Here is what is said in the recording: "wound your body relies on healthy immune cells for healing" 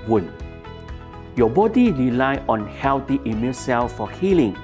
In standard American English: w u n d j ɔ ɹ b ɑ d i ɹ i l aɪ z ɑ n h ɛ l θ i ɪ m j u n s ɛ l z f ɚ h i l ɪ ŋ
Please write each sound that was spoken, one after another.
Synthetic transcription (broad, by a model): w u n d j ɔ b ɑ d i ɹ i l aɪ ɑ n h ɛ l t i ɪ m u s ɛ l s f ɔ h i l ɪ ŋ